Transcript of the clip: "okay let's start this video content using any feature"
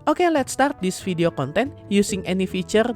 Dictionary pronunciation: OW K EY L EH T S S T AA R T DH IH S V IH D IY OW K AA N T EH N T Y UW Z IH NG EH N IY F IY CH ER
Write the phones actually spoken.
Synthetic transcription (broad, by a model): OW K EY L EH T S S T AA R T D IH S F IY D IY OW K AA N T EH N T Y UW S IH NG EH N IY F IY CH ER